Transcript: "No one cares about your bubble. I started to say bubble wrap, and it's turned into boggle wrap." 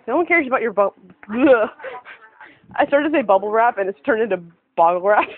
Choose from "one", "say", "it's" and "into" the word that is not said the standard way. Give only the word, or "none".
none